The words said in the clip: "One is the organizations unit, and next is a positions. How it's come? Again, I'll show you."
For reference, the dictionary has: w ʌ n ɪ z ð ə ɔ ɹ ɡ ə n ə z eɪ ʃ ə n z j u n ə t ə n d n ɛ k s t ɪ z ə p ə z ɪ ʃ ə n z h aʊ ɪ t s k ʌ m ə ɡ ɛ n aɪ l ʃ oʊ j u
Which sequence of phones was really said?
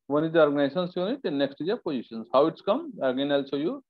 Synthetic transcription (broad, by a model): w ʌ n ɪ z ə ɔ ɹ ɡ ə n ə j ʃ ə n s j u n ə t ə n n ɛ k s t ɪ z ə p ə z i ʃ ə n s h aʊ ɪ t s k ʌ m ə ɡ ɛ n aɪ l s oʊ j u